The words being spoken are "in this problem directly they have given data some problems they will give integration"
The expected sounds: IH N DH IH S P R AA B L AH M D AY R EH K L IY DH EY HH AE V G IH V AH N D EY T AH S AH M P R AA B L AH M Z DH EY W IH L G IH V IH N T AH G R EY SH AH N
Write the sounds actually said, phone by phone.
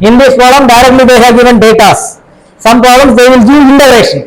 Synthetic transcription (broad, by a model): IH N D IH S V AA L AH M D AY R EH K L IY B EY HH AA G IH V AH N D EY T AH S AH M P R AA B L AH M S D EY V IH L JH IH IH N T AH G R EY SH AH N